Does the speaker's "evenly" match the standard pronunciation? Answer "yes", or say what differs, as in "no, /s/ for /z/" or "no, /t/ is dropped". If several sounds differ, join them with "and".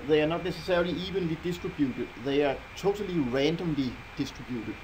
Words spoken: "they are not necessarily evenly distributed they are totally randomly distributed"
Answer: yes